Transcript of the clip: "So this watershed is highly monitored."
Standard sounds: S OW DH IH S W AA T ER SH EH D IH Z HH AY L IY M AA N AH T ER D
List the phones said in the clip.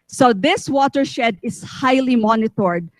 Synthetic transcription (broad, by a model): S OW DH IH S W AA T ER SH EH D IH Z HH AY L IY M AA N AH T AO D